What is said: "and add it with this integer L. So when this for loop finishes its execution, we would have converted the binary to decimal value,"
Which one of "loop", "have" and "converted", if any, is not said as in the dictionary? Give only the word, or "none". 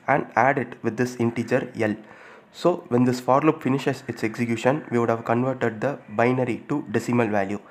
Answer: none